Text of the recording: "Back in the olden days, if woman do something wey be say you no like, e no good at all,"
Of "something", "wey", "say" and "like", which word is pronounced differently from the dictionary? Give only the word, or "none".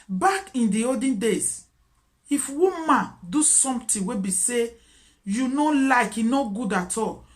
something